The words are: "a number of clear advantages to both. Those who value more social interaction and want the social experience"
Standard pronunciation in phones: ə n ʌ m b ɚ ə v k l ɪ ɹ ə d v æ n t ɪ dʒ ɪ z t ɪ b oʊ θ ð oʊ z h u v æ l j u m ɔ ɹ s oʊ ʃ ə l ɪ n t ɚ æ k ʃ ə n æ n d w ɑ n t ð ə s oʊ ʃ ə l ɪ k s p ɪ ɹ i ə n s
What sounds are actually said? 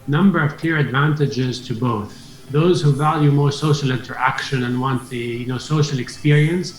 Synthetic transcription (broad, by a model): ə n ʌ m b ɚ ə v k l ɪ ɹ ə d v æ n t ɪ dʒ ɪ z t ɪ b oʊ θ ð oʊ z h u v æ l j u m ɔ ɹ s oʊ ʃ ə l ɪ n t ɚ æ k ʃ ə n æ n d w ɑ n t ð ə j oʊ s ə l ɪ k s p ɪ ɹ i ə n s